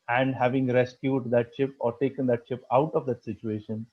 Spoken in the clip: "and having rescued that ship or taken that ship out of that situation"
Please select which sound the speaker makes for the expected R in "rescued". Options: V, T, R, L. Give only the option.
R